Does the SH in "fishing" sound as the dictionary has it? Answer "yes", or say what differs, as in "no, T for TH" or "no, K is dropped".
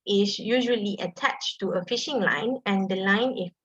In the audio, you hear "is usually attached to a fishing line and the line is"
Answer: yes